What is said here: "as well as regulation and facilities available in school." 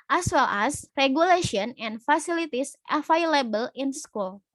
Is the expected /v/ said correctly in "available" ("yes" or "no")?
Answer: no